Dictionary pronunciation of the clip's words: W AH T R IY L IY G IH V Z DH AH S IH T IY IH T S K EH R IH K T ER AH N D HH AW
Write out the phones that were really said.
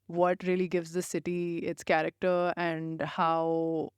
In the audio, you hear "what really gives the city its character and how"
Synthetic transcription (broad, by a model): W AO T R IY L IY G IH V Z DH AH S IH T IY IH T S K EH R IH K T ER AH N D HH AW